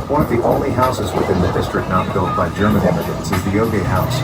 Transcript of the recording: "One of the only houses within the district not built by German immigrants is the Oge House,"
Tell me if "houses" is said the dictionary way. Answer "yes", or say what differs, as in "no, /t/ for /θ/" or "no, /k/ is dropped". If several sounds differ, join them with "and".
yes